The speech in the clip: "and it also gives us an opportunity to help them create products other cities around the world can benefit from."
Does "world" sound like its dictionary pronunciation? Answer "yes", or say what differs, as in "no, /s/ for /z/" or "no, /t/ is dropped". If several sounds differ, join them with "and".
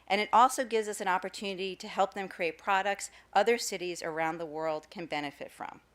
yes